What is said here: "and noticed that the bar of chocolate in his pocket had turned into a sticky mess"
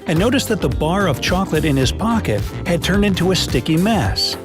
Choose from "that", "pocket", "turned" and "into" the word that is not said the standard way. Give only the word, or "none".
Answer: none